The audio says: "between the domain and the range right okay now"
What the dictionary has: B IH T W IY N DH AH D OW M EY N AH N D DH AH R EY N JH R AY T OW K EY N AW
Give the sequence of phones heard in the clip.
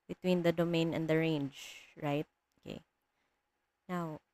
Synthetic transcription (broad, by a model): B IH T W IY N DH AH D OW M EY N AH N D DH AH R EY N JH R AY T OW K EY N AW